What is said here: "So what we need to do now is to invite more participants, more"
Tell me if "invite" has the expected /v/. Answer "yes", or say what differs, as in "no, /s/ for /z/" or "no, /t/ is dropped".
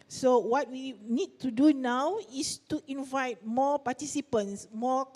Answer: yes